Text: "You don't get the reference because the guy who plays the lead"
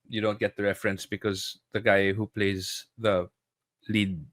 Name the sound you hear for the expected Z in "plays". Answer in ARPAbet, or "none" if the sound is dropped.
Z